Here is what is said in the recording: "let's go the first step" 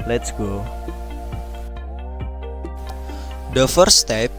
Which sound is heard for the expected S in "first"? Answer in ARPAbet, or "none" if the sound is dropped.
none